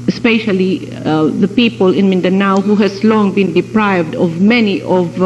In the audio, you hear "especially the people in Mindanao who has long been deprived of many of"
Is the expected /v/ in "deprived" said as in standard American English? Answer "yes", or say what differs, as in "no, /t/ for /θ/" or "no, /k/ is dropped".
yes